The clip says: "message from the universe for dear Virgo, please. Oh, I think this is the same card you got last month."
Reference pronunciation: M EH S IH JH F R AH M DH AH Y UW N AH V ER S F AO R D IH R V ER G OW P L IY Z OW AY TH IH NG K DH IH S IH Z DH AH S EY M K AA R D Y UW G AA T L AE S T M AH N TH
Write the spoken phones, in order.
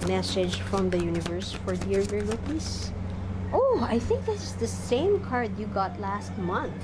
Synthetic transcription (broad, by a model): M EH S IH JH F R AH M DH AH Y UW N AH V ER S F AO R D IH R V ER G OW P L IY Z OW AY TH IH NG K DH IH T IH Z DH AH S EY M K AA R D Y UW G AA T L AE S T M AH N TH